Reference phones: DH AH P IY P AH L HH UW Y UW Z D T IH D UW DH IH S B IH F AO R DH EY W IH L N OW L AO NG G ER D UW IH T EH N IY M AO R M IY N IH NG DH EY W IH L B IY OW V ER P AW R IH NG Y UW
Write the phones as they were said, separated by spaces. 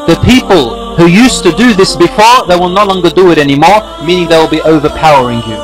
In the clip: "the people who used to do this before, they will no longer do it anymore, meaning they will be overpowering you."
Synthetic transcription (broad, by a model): DH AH P IY P AH L HH UW Y UW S T IH D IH DH IH S B IH F AO R DH EY W IH L N OW L AO NG G ER D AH IH T EH N IY M AO R M IY N IH NG DH EY W IH L B IY OW V ER P AW R IH NG Y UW